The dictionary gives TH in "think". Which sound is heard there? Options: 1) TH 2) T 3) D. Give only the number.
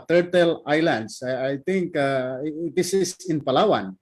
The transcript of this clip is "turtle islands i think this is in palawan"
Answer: 2